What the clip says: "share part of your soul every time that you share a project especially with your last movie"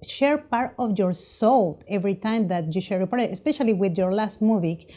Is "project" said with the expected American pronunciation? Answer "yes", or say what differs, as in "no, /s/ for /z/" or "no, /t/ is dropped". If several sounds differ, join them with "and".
no, /ɹ/ is dropped